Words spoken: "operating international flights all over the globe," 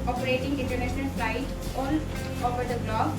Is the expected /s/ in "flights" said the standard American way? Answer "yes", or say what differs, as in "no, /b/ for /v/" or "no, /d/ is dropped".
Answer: no, /s/ is dropped